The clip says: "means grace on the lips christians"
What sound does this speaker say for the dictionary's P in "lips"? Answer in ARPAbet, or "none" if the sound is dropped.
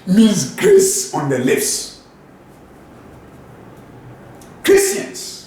F